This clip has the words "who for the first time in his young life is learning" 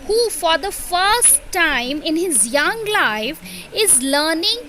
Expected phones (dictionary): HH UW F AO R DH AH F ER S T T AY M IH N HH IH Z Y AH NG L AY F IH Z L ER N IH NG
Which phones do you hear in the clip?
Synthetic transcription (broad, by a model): HH UW F AO R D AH F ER S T T AY M IH N HH IH Z Y AH NG L AY F IH Z L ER N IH NG